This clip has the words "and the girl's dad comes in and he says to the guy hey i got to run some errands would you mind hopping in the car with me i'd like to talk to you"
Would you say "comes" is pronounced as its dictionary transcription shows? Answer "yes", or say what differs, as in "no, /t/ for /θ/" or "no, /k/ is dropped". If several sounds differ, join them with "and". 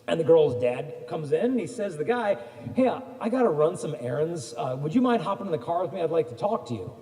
yes